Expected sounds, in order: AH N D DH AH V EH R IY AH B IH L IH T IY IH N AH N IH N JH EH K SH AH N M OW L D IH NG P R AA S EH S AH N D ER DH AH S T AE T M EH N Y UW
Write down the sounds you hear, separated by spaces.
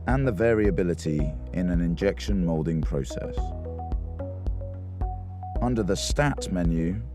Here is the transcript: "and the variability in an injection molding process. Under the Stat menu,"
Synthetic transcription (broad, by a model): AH N DH AH V EH R IY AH B IH L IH T IY IH N AH N IH N JH EH K SH AH N M OW L D IH NG P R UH S EH S AH N D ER DH AH S T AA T M EH N Y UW